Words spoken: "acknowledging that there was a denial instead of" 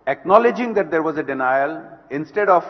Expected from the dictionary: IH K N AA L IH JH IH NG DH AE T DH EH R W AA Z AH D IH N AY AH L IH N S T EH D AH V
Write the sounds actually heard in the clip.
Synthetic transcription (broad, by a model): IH K N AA L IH JH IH NG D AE T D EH R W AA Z AH D IH N AY AH L IH N S T EH D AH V